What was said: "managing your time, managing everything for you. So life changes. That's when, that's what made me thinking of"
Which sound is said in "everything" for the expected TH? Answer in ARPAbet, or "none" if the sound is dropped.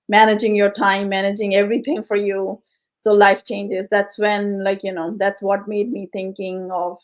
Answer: T